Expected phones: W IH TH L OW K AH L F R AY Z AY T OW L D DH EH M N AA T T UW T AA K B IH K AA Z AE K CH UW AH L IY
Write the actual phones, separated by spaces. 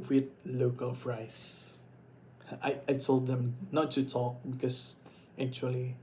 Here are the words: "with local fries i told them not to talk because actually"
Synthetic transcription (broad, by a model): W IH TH L OW K AH L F R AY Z AY T OW L D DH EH M N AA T T UW T AA K B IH K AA S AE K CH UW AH L IY